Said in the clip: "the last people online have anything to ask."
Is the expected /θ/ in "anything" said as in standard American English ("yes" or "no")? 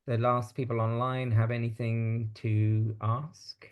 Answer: yes